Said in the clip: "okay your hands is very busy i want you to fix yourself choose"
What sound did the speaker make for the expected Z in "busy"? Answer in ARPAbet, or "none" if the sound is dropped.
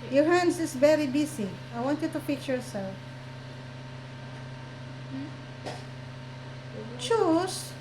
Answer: S